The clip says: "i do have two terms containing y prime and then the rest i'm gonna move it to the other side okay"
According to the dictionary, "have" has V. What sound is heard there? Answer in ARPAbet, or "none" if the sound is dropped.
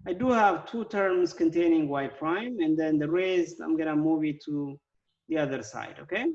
V